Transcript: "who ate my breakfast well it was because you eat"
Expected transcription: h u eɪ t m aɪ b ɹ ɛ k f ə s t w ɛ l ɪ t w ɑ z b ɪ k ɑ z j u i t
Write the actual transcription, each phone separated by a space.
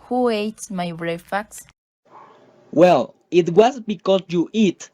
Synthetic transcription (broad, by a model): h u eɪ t m aɪ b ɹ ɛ f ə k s w ɛ l ɪ t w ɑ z b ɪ k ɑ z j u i t